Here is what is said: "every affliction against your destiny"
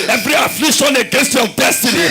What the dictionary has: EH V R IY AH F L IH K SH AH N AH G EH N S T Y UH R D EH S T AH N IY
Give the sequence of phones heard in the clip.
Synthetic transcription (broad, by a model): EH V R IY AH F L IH SH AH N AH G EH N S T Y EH L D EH S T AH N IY